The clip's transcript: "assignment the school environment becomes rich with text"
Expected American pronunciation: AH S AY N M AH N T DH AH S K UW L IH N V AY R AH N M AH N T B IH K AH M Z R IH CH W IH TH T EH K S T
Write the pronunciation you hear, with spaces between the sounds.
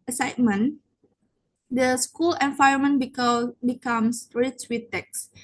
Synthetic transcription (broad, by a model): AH S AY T M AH N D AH S K UW L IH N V AY AH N M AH N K B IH K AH M S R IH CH W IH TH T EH K S